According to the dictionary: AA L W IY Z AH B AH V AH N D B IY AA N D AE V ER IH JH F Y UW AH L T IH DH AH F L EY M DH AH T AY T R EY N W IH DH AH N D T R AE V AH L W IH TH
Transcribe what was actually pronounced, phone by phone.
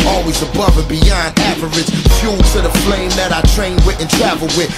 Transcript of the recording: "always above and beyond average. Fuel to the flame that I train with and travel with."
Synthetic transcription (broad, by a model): AA L W IY Z AH B AH V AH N B IY AA N D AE F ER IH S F Y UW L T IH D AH F L EY M DH AH T AY T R EY N W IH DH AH N T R AE V L W IH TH